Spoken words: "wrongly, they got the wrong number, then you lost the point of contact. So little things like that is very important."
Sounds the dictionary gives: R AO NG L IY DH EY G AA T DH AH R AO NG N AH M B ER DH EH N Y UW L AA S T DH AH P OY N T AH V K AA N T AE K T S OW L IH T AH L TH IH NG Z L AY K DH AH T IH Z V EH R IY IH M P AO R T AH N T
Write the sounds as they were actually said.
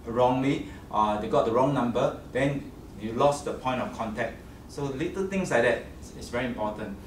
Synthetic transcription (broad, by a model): R AO NG L IY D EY G AA T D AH R AO NG N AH M B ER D EH N Y UW L AA S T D AH P OY N T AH F K AA N T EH K T S OW L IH T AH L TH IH NG S L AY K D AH T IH S V EH R IY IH M P AO T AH N T